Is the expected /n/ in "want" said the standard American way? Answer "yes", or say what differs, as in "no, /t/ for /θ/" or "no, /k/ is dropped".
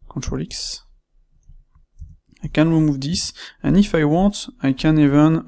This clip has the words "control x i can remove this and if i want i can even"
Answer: no, /n/ is dropped